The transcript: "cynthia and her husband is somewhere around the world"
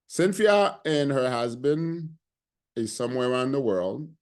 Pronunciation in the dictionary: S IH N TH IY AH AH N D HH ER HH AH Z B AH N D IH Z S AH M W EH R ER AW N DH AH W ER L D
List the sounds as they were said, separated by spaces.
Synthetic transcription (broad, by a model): S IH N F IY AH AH N HH ER HH AH Z B AH N D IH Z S AH M W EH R ER AW N DH AH W ER L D